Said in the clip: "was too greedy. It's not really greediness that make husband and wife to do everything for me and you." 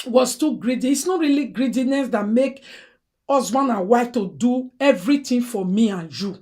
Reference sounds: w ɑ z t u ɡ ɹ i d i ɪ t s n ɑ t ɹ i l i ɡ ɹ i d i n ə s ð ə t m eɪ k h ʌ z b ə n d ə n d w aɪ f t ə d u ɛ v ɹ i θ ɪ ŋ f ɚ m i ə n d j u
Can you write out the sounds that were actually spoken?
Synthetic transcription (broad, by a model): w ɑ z t u ɡ ɹ i d i t s n ɑ t ɹ i l i ɡ ɹ i d i n ə s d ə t m eɪ k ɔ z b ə n ə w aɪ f t ə d u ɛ v ɹ i t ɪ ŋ f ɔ m i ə n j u